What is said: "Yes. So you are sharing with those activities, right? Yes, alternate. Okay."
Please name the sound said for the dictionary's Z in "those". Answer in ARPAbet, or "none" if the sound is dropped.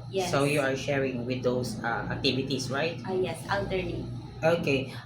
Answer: S